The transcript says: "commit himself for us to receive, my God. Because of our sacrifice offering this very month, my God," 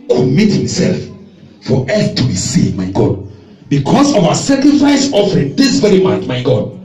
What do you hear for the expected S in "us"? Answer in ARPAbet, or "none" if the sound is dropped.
TH